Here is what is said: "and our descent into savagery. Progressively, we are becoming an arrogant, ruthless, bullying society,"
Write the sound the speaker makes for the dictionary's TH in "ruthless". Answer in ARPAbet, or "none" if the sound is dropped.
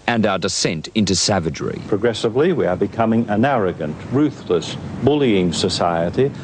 TH